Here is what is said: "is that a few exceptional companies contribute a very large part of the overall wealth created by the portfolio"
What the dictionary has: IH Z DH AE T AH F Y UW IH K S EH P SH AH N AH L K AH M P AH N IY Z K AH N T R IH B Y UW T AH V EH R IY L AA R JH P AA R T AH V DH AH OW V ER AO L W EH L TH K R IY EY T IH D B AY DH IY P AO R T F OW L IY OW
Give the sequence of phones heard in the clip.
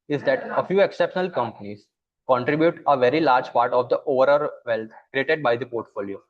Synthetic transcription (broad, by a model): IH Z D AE T AH F Y UW IH K S EH P SH AH N AH L K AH M P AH N IY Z K AH N T R IH B Y UW T AH V EH R IY L AA R JH P AA R T AH V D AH OW V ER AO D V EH L T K R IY EY T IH D B AY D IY P AO R T F OW L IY OW